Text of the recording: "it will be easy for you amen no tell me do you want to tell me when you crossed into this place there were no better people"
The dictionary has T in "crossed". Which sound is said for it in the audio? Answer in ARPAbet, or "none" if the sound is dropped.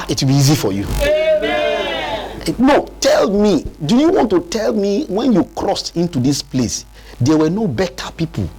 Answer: T